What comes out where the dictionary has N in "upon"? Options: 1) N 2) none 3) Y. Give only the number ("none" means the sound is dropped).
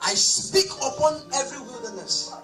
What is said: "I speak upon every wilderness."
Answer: 1